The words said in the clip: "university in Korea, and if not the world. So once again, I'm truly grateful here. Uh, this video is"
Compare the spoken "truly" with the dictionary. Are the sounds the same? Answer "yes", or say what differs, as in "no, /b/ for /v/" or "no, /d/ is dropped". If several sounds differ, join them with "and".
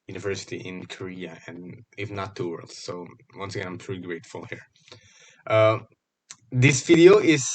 no, /l/ is dropped